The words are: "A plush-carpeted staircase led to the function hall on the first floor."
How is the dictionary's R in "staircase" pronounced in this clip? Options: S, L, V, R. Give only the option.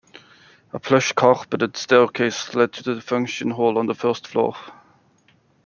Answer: L